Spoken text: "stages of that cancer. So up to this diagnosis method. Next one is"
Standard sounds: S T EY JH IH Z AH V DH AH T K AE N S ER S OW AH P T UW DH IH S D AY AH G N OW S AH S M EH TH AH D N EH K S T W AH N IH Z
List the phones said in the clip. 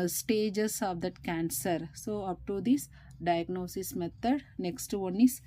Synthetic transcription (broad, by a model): S T EY JH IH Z AH V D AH T K AE N S ER S OW AH P T UW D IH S D AY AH G N OW S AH S M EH T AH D N EH K S T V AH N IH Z